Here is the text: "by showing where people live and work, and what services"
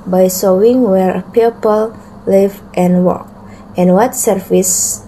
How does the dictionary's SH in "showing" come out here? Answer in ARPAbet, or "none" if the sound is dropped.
S